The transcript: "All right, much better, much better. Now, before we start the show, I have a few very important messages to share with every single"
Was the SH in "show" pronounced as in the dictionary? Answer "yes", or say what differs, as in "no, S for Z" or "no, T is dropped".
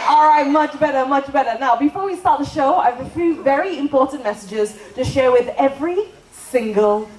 yes